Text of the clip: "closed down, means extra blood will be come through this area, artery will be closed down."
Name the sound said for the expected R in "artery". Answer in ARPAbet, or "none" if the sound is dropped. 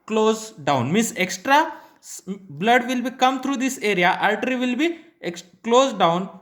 L